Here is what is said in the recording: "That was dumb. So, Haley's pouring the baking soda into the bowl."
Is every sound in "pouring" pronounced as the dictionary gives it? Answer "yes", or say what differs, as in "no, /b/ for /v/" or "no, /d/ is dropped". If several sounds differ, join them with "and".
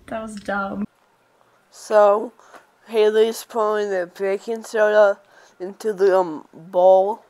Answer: no, /l/ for /ɹ/